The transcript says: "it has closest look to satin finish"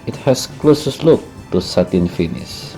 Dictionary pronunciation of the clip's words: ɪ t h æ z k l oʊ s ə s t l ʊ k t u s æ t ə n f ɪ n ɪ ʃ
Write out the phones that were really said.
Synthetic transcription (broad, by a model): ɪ t h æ s k l oʊ s ə s t l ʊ k t u s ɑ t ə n f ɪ n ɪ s